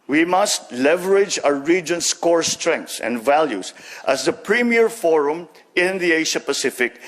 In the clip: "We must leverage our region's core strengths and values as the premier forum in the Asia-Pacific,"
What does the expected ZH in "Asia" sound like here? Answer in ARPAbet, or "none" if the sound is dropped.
SH